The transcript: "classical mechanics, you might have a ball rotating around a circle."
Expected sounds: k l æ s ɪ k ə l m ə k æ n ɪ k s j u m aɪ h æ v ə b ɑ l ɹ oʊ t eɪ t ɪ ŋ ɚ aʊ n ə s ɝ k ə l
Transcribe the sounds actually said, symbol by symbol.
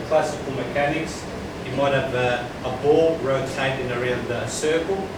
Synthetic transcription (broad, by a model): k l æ s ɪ k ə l m ə k æ n ɪ k s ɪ m aɪ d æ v ə b ɑ l ɹ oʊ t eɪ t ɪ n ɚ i ə s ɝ k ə l